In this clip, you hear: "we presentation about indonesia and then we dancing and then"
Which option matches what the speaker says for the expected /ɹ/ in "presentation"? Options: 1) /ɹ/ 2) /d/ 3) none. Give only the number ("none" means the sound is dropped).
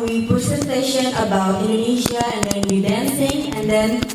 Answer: 3